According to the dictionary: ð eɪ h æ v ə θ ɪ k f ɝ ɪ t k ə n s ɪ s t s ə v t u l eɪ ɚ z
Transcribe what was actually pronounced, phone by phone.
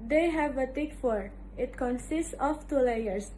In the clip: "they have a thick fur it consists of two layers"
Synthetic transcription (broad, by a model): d eɪ h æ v ə t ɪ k f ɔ ɪ t k ə n s ɪ s t s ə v t u l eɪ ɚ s